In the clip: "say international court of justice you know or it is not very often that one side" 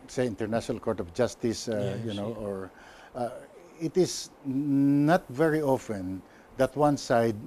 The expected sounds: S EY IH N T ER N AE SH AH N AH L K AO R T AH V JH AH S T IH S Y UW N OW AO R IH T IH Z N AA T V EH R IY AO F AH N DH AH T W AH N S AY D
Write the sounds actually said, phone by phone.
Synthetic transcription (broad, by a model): S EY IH N T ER N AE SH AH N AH L K AO R T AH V JH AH S T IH S Y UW N OW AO R IH T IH S N AA T V EH R IY AO F AH N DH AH T W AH N S AY D